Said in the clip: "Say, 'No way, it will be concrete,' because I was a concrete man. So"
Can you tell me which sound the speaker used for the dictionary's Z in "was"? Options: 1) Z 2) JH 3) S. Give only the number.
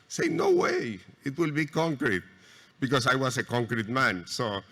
3